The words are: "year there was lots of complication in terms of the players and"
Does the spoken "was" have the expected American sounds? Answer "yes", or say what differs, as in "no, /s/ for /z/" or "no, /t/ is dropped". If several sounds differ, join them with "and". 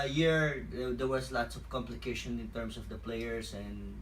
no, /s/ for /z/